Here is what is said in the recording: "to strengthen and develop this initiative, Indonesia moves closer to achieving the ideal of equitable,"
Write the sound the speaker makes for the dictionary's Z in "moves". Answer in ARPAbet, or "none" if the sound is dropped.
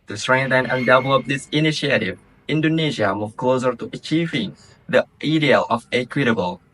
none